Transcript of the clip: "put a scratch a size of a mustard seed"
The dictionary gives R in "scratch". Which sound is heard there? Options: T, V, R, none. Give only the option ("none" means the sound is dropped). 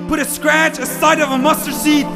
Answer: R